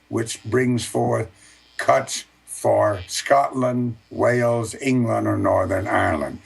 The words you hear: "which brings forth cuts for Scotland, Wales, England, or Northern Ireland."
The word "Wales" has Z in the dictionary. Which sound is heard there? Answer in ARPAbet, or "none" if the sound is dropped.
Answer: Z